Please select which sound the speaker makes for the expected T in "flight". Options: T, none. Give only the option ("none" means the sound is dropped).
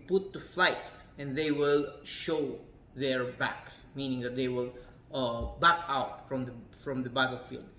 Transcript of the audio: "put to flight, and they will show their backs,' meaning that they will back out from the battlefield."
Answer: T